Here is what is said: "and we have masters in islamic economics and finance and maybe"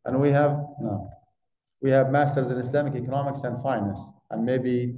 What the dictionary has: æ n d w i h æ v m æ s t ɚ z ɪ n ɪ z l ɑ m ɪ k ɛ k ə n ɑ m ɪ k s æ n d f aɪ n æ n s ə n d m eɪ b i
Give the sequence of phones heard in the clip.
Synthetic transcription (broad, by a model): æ n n w i h æ v m æ s t ɚ z ɪ n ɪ s l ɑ m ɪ k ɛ k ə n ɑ m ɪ k s æ n d f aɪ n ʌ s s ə n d m eɪ b i